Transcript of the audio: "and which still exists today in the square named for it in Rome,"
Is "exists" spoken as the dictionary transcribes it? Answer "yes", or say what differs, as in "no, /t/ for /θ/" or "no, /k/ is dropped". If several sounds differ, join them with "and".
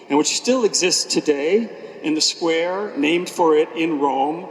yes